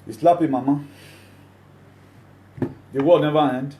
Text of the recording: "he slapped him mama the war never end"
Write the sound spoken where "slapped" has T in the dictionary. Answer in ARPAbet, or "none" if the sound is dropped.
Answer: none